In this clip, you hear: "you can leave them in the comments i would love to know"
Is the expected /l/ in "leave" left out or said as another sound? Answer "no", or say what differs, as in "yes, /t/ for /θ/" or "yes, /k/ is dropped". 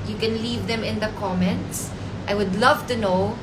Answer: no